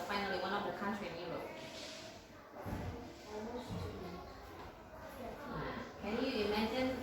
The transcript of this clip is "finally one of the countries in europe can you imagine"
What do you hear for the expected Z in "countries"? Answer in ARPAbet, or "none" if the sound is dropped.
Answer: none